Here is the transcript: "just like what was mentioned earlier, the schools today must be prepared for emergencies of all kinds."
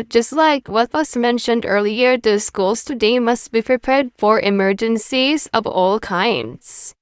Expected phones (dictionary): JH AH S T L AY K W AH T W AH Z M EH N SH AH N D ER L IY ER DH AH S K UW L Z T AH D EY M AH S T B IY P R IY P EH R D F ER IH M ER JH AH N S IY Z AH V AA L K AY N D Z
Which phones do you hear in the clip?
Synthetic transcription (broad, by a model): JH AH S T L AY K W AH T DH AH S M EH N SH AH N D ER L IY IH DH AH S K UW L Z T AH D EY M AH S T B IY P R IY P EH R D F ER IH M ER JH AH N S IY Z AH V AA L K AY N D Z